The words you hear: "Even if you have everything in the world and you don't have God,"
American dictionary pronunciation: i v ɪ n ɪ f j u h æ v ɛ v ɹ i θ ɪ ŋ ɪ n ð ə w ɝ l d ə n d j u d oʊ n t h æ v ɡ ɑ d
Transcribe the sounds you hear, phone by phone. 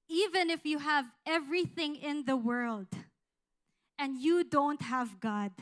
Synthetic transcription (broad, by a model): i v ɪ n ɪ f j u h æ v ɛ v ɹ i θ ɪ ŋ ɪ n ð ə w ɝ l d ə n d j u d oʊ n t h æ v ɡ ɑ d